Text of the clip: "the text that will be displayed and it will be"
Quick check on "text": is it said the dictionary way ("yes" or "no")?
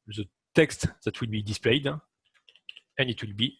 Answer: yes